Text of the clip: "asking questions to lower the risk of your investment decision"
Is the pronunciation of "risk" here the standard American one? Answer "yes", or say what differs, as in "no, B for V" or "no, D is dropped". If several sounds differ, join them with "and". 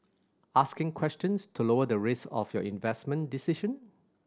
no, K is dropped